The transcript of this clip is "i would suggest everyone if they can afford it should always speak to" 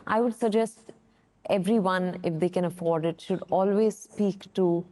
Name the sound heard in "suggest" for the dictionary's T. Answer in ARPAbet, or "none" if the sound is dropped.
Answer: T